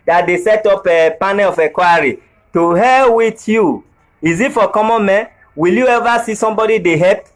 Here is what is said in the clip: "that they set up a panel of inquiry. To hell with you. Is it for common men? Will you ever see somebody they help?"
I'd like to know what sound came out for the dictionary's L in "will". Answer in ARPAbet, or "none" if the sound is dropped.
L